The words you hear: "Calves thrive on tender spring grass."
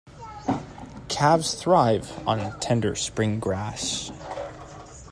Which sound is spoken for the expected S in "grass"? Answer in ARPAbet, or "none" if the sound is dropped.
SH